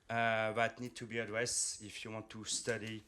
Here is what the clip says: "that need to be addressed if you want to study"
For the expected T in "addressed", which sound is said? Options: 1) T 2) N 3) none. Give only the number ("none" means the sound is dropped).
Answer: 3